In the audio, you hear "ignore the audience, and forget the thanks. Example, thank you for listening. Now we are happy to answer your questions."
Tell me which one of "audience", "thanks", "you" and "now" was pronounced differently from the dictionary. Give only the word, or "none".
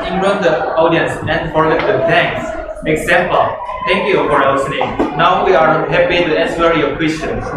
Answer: thanks